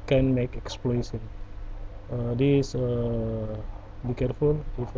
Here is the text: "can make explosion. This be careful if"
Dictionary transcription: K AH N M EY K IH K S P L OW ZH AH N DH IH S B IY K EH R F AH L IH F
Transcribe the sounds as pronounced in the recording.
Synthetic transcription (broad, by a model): K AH N M EY K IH K S P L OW S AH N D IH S B IY K EH R F AH L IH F